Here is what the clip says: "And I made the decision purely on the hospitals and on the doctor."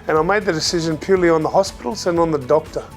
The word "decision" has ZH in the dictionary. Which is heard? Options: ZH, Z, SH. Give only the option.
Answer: ZH